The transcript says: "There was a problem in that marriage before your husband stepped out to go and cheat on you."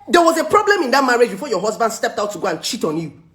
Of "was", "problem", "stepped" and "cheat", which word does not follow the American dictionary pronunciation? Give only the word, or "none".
none